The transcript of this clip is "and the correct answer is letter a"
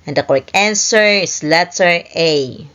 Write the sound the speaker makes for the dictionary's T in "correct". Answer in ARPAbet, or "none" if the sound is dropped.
none